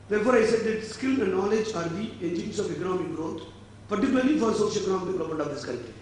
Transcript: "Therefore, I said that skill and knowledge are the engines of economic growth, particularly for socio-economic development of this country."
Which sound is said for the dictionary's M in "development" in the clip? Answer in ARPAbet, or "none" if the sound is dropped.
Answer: none